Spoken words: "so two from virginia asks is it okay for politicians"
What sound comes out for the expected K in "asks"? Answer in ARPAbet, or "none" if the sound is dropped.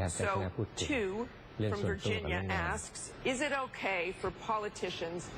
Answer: K